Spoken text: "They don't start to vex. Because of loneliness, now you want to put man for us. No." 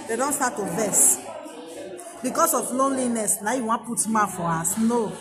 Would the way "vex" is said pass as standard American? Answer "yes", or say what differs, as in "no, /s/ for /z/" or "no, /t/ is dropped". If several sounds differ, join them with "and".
no, /k/ is dropped